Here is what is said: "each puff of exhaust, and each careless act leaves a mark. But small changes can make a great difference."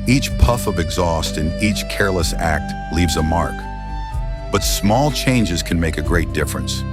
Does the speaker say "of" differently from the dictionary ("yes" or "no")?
no